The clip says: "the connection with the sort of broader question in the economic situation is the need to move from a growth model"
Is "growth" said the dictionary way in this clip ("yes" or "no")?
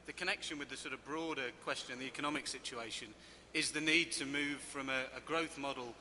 yes